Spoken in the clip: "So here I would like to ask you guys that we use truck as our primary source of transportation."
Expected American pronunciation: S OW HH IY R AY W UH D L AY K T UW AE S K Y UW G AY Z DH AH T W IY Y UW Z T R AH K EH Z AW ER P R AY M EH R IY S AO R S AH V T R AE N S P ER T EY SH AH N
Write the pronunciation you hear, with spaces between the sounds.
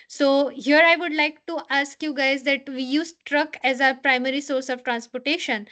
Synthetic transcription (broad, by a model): S OW HH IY R AY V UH D L AY K T UW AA S K Y UW G AY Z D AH T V IY Y UW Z T R AH K EH Z AW ER P R AY M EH R IY S AO R S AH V T R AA N S P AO T EY SH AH N